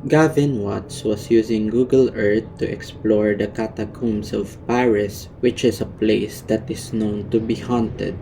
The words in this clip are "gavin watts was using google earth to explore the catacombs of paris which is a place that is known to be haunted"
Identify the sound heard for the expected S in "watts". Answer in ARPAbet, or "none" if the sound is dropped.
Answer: S